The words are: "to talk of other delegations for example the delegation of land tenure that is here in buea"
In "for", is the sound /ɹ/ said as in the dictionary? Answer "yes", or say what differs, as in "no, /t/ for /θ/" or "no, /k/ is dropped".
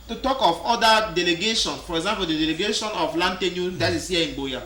yes